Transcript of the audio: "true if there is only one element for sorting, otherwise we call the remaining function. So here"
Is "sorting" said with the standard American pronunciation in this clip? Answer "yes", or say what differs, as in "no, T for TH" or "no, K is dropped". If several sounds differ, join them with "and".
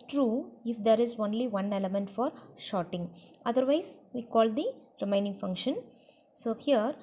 no, SH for S